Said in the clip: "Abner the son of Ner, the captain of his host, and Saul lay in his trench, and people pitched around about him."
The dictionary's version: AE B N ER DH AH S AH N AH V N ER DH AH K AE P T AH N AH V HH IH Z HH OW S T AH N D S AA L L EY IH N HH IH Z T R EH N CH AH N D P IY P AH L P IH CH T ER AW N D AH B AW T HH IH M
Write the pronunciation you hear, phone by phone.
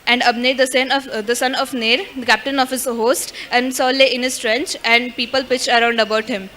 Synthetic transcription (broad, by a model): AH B N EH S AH S AH N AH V N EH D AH K AE P T AH N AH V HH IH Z HH OW S T AH N D S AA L L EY IH N HH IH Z T R EH N CH AH N D P IY P AH L P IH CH ER AW N D AH B AW T HH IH M